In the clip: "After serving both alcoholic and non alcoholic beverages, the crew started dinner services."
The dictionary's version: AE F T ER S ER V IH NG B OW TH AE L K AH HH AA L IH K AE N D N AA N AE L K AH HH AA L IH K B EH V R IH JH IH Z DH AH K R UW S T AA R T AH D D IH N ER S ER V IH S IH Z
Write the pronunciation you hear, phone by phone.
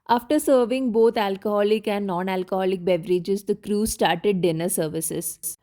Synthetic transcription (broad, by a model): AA F T ER S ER V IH NG B OW T AE L K AH HH AA L IH K AE N D N AA N AE L K AH HH AA L IH K B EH V R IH JH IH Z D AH K R UW S T AA R T AH D D IH N ER S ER V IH S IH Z